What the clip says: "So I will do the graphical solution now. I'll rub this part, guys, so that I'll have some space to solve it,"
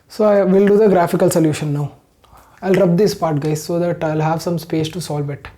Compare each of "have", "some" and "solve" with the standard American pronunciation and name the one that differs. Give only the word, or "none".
none